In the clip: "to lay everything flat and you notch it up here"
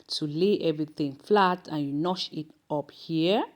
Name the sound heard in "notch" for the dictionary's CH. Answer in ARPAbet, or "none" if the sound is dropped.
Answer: SH